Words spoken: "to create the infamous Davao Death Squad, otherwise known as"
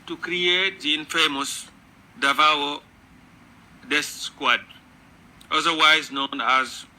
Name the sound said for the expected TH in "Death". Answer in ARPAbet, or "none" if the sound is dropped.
S